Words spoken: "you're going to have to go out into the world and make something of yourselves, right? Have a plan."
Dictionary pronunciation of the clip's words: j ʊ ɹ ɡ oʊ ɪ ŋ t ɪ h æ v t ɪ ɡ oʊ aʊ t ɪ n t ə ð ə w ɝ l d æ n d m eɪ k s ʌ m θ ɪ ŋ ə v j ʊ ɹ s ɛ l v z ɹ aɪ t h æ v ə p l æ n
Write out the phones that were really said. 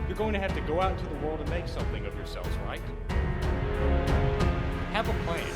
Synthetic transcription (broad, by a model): j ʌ ɹ ɡ oʊ ɪ ŋ t ɪ h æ f t ɪ ɡ oʊ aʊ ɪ t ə ð ə w ɝ l d n m eɪ k s ʌ m θ ɪ ŋ ə v j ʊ ɹ s ɛ l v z ɹ aɪ t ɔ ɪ v ə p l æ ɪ